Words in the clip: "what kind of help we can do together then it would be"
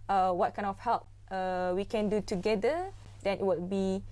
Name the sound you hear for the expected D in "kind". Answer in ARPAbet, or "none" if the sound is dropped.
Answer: none